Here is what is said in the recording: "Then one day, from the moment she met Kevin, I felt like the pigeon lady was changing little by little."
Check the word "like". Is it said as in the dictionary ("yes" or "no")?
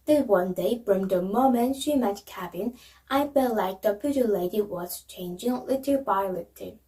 yes